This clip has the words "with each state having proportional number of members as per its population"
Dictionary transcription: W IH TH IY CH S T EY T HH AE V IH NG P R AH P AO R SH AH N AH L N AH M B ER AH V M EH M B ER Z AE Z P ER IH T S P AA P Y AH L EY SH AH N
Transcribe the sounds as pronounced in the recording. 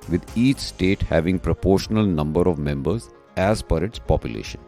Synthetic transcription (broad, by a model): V IH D IY CH S T EY T HH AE V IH NG P R AH P AO R SH AH N AH L N AH M B ER AH V M EH M B ER Z AE Z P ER IH T S P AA P Y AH L EY SH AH N